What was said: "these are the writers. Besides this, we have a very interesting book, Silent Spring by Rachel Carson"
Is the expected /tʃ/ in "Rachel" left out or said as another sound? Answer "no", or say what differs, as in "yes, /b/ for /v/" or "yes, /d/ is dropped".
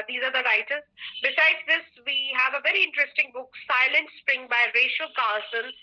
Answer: yes, /ʃ/ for /tʃ/